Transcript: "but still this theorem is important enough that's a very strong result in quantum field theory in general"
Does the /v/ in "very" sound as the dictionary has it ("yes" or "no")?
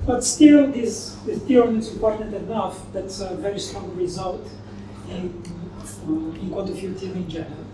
yes